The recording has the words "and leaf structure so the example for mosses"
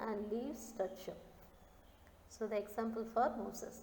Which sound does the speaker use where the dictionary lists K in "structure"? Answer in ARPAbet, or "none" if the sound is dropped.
none